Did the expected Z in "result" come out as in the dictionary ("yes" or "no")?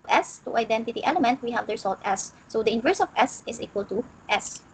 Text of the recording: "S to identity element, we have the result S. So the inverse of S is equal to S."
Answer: no